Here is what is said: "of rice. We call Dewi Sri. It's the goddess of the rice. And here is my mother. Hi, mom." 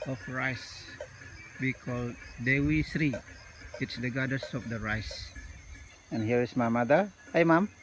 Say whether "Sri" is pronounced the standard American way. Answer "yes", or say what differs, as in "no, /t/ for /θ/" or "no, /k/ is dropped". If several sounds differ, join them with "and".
yes